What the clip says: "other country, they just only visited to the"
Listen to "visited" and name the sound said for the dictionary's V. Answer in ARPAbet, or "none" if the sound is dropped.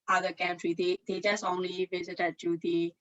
V